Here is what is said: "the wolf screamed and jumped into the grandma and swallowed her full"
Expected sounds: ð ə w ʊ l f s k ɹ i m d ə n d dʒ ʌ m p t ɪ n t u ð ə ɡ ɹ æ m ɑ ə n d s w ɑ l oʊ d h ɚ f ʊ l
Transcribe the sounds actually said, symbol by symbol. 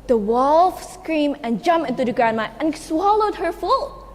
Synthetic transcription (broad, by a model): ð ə w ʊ l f s k ɹ i m ə n dʒ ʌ m p ɪ n t u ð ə ɡ ɹ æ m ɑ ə n s w ɑ l oʊ d h ɚ f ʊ l